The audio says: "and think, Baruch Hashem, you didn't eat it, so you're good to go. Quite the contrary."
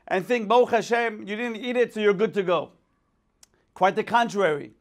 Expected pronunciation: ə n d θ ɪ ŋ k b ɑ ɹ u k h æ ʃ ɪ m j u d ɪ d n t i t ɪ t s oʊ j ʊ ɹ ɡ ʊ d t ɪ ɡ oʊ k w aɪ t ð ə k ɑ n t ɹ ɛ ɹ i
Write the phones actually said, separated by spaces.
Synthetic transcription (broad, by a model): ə n θ ɪ ŋ k b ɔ ʊ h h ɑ ʃ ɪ m j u d ɪ d n t i t ɪ t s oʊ j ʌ ɹ ɡ ʊ d t ɪ ɡ oʊ k w aɪ t ð ə k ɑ n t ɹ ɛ ɹ i